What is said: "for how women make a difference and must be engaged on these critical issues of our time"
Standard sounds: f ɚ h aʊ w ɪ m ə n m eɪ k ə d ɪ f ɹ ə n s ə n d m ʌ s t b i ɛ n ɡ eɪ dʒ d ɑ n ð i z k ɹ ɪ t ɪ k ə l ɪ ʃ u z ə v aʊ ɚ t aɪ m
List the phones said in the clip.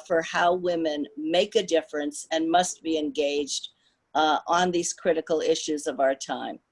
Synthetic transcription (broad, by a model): f ɚ h aʊ w ɪ m ə n m eɪ k ə d ɪ f ɹ ə n s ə n m ʌ s t b i ɛ n ɡ eɪ dʒ d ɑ n ð i z k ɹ ɪ t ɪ k l ɪ ʃ u z ə v aʊ ɚ t aɪ m